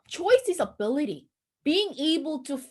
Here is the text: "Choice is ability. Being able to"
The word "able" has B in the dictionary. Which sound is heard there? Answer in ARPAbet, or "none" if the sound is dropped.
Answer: B